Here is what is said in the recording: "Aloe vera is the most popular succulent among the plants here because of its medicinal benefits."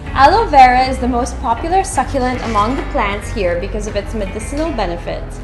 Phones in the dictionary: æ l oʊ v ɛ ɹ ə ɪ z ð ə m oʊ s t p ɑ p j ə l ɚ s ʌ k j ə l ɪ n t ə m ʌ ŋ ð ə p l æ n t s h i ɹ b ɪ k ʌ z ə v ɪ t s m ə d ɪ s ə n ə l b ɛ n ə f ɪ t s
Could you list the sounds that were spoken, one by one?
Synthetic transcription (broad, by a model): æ l oʊ v ɛ ɹ ə ɪ z ð ə m oʊ s t p ɑ p j l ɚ s ʌ k j ə l ɪ n t ə m ʌ ŋ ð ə p l æ n t s h i ɹ b ɪ k ʌ z ə v ɪ t s m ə d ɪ s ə n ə l b ɛ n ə f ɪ t s